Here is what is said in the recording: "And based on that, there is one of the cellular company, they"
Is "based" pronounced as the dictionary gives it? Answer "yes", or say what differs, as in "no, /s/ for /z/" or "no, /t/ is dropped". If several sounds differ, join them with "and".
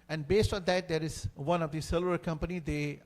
yes